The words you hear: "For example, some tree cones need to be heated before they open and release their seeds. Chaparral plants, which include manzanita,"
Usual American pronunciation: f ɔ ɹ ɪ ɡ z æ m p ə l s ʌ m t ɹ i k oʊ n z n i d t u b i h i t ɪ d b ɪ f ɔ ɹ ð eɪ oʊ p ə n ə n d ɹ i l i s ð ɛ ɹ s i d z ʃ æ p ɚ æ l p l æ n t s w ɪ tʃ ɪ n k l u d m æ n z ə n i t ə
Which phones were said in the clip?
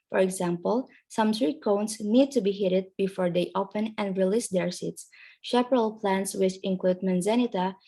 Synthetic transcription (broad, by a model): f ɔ ɹ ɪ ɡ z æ m p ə l s ʌ m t ɹ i k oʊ n s n i d t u b i h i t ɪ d b ɪ f ɔ ɹ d eɪ oʊ p ə n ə n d ɹ i l i s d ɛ ɹ s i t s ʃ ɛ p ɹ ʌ l p l æ n t s w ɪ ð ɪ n k l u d m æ n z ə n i t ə